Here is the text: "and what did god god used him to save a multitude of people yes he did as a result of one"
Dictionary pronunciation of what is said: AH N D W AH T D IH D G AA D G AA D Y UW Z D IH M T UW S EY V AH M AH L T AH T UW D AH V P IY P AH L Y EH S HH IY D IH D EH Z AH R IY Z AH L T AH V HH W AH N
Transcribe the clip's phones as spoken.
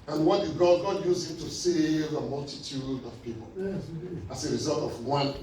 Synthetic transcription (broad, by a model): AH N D W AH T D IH G AA D G AA D Y UW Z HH IH M T UW S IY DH AH M AH L T AH T UW D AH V P IY P AH L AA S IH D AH R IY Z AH L T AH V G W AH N